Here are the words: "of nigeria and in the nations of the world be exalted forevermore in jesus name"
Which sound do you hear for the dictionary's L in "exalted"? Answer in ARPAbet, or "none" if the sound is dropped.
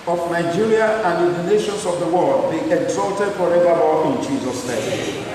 L